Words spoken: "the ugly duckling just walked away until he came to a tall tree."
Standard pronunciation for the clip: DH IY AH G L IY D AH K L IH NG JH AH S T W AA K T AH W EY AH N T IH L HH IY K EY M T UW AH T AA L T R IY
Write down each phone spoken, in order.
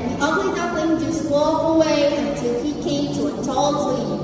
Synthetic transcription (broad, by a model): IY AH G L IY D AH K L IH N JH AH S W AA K AH W EY AH N T IH L HH IY K EY M T UW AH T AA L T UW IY